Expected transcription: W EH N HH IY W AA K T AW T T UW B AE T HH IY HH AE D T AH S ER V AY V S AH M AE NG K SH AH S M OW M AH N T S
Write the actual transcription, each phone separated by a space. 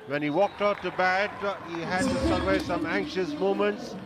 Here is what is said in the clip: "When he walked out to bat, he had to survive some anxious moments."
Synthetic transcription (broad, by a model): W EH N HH IY W AA K T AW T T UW B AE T HH IY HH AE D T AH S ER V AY S AH M AE NG K SH AH S M OW M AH N T S